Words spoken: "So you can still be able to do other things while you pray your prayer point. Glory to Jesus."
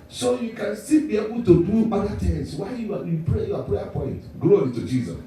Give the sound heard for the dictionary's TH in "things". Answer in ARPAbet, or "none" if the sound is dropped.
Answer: T